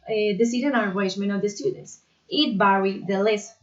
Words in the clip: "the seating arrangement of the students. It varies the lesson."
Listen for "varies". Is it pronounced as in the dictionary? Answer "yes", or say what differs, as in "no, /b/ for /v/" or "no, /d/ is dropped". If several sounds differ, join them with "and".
no, /b/ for /v/